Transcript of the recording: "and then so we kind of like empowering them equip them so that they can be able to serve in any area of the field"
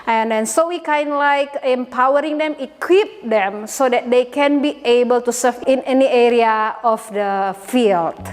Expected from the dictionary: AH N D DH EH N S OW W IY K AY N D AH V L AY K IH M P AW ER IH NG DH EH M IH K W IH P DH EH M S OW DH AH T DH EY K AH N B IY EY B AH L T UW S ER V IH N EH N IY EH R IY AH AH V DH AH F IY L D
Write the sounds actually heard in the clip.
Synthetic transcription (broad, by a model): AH N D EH N S OW W IY K AY N D L AY K IH M P AW ER IH NG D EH M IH K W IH P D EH M S OW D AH T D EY K AH N B IY EY B AH L T UW S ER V IH N EH N IY EH R IY AH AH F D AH F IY L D